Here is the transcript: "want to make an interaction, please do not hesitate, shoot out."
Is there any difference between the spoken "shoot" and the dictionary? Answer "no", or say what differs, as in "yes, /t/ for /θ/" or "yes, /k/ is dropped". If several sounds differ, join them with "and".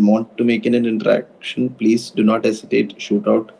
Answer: no